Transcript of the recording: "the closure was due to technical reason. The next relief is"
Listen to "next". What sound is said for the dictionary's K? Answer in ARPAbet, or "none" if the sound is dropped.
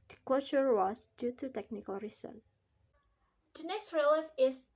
none